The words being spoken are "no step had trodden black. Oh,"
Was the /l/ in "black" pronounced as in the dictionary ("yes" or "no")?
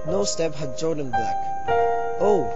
no